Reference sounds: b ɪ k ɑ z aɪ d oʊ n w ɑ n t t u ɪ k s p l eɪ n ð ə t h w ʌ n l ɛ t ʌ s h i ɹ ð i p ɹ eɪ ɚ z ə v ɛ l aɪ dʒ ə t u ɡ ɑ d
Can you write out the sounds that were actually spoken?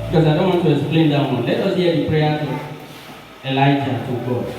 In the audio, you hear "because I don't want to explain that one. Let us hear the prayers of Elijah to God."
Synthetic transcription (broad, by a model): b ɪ k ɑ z aɪ d oʊ n w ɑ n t t u ɪ k s p l eɪ n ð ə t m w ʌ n l ɛ t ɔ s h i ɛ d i p ɹ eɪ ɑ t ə b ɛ l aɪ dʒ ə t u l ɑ